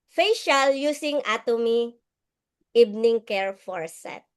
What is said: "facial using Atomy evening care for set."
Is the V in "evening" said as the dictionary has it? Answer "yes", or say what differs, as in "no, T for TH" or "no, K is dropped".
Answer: no, B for V